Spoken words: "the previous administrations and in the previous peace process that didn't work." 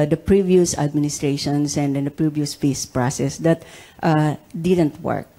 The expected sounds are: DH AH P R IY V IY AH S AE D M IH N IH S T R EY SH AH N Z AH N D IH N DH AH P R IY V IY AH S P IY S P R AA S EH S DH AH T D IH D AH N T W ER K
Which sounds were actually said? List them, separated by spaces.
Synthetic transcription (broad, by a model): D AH P R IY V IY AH S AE D M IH N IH S T R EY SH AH N S AH N D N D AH P R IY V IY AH S F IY S P R AA S EH S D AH T D IH D AH N T W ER K